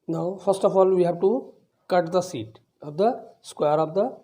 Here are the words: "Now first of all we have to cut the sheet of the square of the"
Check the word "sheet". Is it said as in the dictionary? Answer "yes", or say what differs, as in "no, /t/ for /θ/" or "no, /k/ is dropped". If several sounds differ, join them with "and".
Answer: no, /s/ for /ʃ/